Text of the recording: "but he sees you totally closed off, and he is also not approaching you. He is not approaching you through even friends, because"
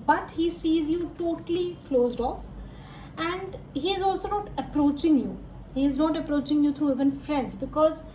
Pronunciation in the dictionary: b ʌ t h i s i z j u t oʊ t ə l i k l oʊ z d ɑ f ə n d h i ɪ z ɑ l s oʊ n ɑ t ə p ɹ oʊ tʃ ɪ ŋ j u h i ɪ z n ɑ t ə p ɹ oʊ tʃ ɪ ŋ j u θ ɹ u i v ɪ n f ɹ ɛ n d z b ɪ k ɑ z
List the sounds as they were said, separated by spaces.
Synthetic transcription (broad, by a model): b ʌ t h i s i z j u t oʊ t ə l i k l oʊ z d ɑ f ə n d h i ɪ z ɑ l s oʊ n ɑ t ə p ɹ oʊ tʃ ɪ ŋ j u h i ɪ z n ɑ t ə p ɹ oʊ tʃ ɪ ŋ j u t ɹ u i v ɪ n f ɹ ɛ n d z b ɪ k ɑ z